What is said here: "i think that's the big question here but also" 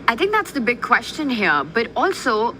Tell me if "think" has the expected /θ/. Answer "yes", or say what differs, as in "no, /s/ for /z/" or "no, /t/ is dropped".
no, /t/ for /θ/